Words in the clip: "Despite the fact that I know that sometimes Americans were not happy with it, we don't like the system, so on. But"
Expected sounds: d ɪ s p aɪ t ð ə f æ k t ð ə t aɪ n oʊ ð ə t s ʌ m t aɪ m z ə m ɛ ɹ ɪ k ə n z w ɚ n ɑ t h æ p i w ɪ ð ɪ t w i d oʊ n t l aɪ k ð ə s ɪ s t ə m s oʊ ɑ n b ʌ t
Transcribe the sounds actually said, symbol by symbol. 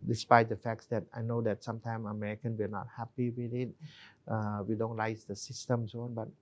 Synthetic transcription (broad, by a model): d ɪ s p aɪ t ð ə f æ k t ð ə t aɪ n oʊ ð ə t s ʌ m t aɪ m ə m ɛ ɹ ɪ k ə n w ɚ n ɑ t h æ p i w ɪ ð ɪ t w i d oʊ n t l aɪ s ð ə s ɪ s t ə m s oʊ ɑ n b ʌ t